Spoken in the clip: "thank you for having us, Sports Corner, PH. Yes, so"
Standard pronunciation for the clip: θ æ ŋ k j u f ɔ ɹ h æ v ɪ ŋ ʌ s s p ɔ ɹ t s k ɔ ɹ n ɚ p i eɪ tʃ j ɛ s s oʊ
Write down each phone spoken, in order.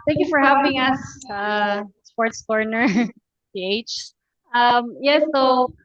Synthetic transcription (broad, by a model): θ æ ŋ k j u f ɔ ɹ h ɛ p ɪ ŋ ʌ s s p ɔ ɹ t s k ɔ ɹ n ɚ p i eɪ tʃ j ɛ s s oʊ